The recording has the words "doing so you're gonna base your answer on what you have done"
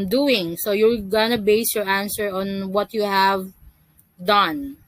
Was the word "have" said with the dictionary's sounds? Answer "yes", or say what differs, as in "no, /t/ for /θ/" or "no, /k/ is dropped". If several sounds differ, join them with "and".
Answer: yes